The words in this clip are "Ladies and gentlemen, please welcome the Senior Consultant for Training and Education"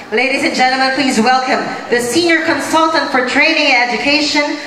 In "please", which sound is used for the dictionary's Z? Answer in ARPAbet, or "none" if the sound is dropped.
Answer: Z